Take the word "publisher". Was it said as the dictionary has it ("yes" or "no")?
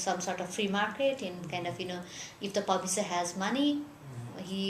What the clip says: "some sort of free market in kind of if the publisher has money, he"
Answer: no